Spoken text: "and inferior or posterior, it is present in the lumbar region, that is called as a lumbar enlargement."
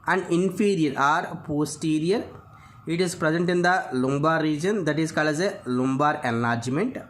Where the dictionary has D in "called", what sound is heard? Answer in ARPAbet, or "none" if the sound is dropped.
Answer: none